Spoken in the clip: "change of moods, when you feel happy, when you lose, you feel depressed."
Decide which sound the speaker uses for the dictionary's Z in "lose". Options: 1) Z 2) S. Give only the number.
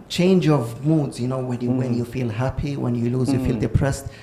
1